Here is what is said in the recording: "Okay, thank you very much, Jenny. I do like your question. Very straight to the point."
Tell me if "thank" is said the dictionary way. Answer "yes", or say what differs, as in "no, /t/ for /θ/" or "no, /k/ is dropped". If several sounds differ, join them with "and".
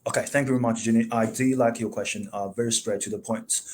yes